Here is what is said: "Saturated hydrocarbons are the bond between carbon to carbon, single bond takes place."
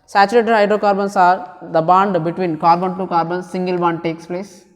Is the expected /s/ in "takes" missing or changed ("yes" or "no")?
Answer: no